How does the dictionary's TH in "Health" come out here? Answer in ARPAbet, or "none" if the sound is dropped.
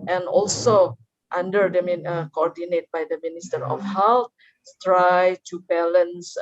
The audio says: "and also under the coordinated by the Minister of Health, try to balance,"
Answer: S